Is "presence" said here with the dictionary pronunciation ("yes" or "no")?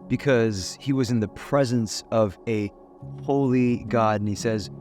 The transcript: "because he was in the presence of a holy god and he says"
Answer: yes